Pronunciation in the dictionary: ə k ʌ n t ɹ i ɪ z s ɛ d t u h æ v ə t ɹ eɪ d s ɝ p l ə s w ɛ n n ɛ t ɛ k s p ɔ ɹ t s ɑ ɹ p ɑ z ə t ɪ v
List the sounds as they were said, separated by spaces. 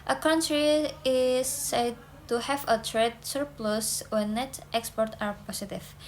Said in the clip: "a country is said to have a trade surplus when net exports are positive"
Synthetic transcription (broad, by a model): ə k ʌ n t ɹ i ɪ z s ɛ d t u h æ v ə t ɹ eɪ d s ɝ p l ə s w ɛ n n ɛ t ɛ k s p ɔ ɹ t ɑ ɹ p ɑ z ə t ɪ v